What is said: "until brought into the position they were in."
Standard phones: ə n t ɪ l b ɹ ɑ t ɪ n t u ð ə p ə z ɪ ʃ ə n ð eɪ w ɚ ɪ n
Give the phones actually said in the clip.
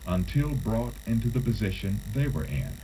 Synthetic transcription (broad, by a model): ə n t ɪ l b ɹ ɑ t ɪ n t u ð ə p ə z ɪ ʃ ə n ð eɪ w ɚ ɪ n